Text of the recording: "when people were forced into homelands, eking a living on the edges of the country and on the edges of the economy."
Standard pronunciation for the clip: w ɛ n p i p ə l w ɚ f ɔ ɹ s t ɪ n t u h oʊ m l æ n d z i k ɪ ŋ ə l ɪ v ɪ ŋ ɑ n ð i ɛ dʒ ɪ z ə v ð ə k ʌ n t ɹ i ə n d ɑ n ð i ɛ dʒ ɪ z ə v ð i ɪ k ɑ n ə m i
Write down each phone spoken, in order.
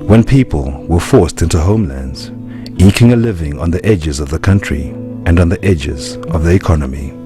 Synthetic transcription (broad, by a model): w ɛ n p i p ə l w ɚ f ɔ ɹ s t ɪ n t u h oʊ m l æ n d z i k ɪ ŋ ə l ɪ v ɪ ŋ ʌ n ð i ɛ dʒ ɪ z ə v ð ə k ʌ n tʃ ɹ i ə n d n ð i ɛ dʒ ɪ z ə v ð i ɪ k ɑ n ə m i